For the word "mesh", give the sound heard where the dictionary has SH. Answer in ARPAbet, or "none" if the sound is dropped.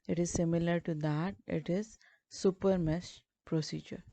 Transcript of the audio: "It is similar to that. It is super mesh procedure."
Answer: S